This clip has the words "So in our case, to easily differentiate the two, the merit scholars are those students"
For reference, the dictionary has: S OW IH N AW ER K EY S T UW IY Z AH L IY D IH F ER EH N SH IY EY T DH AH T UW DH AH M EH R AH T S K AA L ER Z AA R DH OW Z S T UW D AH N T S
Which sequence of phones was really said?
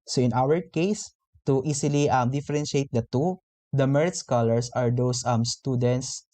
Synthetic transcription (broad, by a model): S OW IH N AW ER K EY S T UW IY S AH L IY D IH F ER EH N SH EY T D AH T UW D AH M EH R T S K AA L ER S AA R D OW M S T UW D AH N T S